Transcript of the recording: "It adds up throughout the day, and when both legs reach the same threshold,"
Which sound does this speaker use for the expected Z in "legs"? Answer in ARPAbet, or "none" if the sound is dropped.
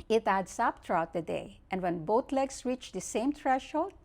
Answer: S